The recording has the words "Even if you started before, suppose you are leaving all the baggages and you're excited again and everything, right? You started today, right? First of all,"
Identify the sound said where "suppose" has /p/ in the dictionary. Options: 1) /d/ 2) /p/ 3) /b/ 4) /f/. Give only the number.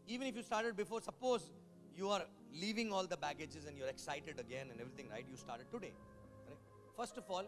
2